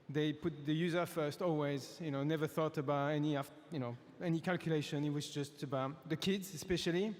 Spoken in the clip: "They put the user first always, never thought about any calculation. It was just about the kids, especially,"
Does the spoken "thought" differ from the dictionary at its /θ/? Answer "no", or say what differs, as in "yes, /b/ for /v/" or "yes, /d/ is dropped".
no